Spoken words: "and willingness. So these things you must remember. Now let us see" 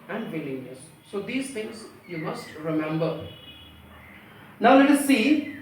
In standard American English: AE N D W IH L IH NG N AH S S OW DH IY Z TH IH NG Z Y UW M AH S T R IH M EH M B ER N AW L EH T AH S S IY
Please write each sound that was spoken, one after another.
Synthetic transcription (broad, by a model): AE N D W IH L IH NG L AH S S OW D IY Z T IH NG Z Y UW M AH S T R IH M EH M B ER N AW L EH T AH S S IY